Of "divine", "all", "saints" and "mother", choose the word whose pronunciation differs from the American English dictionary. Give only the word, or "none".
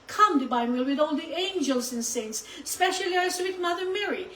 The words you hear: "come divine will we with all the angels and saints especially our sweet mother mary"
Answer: divine